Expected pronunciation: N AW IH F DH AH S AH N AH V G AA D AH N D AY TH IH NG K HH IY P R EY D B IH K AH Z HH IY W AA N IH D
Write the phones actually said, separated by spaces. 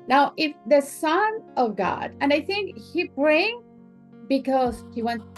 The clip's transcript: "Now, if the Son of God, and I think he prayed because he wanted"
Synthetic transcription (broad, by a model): N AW IH F DH AH S AH N AH V G AA D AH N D AY TH IH NG K HH IY B R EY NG B IH K AH Z HH IY W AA N